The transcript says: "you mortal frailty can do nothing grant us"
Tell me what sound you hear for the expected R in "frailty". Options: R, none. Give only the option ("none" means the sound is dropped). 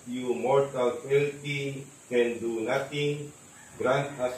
none